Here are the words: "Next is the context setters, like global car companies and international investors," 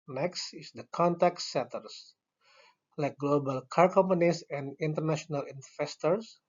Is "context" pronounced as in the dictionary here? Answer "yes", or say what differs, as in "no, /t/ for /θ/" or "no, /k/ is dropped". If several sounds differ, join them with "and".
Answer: no, /s/ is dropped